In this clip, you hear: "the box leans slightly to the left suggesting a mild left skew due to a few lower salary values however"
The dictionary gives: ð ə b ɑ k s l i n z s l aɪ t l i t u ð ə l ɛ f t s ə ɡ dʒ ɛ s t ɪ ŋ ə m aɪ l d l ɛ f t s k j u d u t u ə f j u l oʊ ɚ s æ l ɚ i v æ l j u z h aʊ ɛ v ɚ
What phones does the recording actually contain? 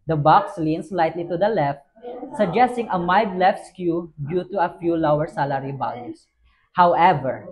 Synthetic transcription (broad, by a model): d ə b ɑ k s l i n s l aɪ t l i t u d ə l ɛ f t s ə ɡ dʒ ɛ s t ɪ ŋ ə m aɪ d l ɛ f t s k j u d u t u ə f j u l oʊ ɚ s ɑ l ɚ i b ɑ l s h aʊ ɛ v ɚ